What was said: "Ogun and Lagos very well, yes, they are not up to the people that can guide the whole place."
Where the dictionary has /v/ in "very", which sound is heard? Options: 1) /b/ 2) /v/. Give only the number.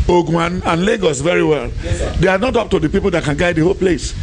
2